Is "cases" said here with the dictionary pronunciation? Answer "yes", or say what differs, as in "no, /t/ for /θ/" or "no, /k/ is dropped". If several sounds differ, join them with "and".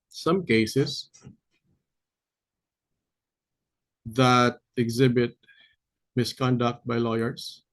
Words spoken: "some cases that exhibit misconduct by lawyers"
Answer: no, /s/ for /z/